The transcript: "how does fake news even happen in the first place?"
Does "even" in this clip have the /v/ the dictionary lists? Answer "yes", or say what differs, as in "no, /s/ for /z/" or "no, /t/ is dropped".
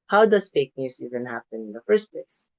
yes